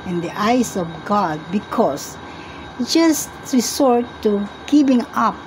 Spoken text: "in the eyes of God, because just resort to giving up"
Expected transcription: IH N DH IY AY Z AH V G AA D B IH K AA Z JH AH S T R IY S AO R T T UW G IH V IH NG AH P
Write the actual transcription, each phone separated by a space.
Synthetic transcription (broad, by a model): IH N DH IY AY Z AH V G AA D B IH K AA S JH AH S T R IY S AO R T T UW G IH P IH NG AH P